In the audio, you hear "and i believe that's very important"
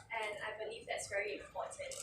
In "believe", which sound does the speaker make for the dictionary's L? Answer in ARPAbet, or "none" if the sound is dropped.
L